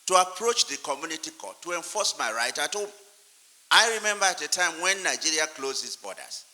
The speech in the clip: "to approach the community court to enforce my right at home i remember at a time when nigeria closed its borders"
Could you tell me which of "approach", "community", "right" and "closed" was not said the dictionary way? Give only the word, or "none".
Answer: closed